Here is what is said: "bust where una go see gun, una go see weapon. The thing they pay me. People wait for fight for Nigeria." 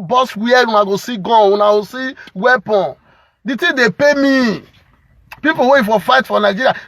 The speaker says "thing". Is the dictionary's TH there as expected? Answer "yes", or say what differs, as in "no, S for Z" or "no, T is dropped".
no, T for TH